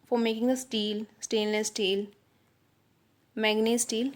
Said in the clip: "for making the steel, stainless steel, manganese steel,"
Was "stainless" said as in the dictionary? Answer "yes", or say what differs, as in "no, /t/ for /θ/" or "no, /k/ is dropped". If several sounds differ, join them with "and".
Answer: no, /n/ is dropped